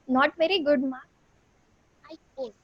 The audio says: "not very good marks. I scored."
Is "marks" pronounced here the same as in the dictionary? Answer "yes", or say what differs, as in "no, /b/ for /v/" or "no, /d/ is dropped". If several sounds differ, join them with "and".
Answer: no, /s/ is dropped